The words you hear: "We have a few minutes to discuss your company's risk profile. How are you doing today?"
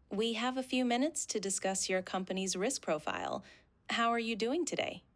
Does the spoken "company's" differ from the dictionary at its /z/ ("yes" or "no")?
no